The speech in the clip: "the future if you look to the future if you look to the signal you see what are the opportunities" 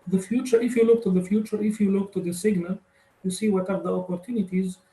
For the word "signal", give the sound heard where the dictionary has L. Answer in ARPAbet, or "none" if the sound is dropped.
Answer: L